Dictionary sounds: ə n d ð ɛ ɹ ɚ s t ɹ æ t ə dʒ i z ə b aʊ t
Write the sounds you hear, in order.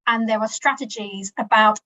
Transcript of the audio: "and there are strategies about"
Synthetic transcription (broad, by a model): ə n ð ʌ w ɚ s t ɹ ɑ t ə dʒ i z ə b aʊ t